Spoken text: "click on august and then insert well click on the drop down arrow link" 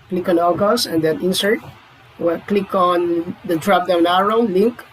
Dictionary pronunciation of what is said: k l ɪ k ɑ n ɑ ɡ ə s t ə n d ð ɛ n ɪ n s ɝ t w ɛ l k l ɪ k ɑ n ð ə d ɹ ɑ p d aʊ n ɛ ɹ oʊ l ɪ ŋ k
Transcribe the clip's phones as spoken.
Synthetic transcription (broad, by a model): k l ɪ k ɑ n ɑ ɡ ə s ə n d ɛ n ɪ n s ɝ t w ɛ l k l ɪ k ɑ n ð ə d ɹ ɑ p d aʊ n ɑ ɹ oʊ l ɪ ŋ k